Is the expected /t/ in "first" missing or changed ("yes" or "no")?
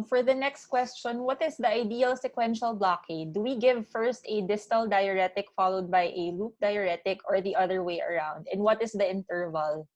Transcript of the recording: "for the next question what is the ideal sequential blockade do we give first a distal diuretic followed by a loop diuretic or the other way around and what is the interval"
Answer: no